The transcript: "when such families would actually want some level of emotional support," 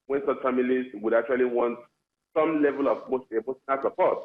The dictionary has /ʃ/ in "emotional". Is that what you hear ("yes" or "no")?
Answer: no